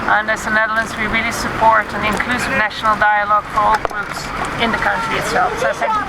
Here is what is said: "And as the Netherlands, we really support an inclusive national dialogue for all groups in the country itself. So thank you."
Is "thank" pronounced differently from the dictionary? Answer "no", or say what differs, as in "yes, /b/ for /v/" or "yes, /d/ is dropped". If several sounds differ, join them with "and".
yes, /s/ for /θ/